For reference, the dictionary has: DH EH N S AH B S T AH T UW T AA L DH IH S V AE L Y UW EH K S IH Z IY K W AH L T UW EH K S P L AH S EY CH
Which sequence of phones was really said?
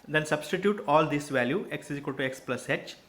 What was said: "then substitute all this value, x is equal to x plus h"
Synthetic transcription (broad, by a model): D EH N S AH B S T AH T UW T AA L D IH S V AE L Y UW EH K S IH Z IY K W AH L T UW EH K S P L AH S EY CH